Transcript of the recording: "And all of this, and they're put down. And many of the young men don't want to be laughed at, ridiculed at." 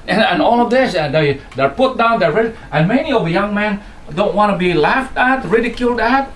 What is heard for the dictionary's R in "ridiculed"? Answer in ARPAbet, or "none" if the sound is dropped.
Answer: R